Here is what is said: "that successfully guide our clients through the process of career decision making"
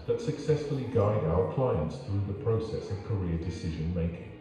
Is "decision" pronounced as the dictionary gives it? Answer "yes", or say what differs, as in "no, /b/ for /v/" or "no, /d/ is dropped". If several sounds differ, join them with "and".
yes